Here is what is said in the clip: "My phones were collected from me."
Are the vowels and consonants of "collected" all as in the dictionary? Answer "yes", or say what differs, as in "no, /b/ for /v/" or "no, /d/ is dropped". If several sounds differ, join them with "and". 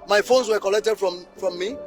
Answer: yes